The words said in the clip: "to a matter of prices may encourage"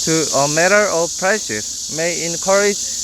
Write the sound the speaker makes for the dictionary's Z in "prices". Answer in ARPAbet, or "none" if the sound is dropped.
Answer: S